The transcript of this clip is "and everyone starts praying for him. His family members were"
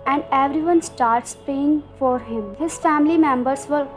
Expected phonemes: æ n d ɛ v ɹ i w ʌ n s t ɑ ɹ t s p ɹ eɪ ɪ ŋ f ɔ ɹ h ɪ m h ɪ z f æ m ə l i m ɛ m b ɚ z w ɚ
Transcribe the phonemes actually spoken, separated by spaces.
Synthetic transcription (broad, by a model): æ n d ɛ v ɹ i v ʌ n s t ɑ ɹ t s p eɪ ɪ ŋ f ɔ ɹ h ɪ m h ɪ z f æ m ə l i m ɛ m b ɚ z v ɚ